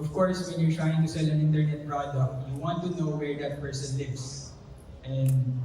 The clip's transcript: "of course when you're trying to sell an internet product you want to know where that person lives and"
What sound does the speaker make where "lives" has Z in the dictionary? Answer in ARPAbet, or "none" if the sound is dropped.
S